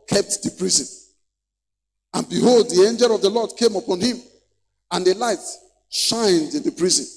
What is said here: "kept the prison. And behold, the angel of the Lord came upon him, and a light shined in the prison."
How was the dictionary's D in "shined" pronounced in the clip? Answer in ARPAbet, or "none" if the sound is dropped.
D